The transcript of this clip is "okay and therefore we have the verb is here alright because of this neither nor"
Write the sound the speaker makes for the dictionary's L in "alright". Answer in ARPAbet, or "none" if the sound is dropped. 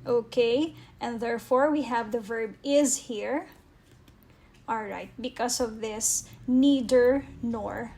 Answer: L